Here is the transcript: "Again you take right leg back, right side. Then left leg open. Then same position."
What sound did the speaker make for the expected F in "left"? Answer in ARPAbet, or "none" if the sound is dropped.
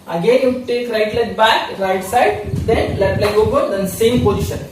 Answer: none